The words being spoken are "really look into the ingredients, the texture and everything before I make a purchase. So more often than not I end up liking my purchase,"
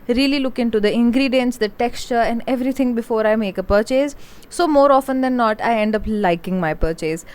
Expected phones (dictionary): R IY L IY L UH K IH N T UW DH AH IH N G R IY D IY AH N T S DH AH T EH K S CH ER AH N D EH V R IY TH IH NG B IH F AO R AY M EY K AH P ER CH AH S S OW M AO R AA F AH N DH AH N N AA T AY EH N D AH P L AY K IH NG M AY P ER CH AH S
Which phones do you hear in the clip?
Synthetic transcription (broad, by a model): R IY L IY L UH K IH N T UW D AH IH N G R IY D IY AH N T S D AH T EH K S CH ER AH N D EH V R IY T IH NG B IH F AO R AY M EY K AH P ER CH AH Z S OW M AO R AA F AH N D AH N N AA T AY EH N D AH P L AY K IH NG M AY P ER CH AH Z